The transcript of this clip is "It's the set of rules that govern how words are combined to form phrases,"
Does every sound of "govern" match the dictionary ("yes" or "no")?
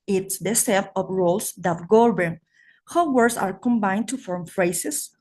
no